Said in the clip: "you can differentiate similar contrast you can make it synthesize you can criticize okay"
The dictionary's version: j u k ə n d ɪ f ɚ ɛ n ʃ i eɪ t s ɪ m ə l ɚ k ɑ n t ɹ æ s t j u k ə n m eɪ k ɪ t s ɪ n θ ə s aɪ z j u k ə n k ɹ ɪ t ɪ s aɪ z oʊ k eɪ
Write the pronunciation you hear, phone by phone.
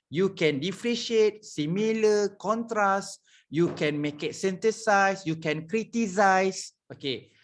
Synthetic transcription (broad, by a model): j u k ə n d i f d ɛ ʃ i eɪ t s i m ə l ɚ k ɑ n t ɹ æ s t j u k ə n m eɪ k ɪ t s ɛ n t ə s aɪ s j u k ə n k ɹ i t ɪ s aɪ s oʊ k eɪ